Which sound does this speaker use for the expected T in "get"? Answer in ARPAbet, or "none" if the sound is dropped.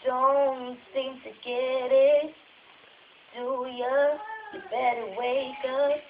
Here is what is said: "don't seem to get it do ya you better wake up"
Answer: T